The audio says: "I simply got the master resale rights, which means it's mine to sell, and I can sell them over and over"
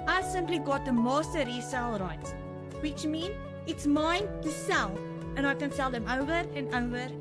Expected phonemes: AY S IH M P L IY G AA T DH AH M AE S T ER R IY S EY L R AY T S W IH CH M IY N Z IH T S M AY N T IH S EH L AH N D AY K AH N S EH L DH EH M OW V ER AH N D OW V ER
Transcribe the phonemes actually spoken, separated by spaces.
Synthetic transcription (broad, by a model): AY S IH M P L IY G AA T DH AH M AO S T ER R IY S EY L R AY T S W IH CH M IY N IH T S M AY N T IH S EH L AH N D AY K AH N S EH L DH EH M OW V ER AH N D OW V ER